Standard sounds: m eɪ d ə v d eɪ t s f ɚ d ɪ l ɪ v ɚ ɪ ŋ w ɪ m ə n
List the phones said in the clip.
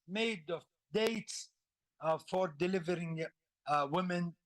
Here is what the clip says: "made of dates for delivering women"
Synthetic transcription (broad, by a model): m eɪ d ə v d eɪ t s f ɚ d ɪ l ɪ v ɚ ɪ ŋ w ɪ m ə n